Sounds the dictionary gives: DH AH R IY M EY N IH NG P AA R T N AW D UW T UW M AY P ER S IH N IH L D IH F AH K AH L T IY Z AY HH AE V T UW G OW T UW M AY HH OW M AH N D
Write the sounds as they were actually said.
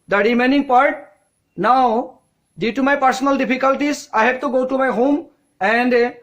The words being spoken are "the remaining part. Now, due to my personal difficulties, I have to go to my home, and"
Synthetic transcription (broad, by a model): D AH R IY M EY N IH NG P AA R T N AW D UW T UW M AY P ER S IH N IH L D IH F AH K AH L T IY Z AY HH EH B T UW G OW T UW M AY HH OW M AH N D